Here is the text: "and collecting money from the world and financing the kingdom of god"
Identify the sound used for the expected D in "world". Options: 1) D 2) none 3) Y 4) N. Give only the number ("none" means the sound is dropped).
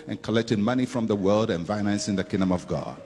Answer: 1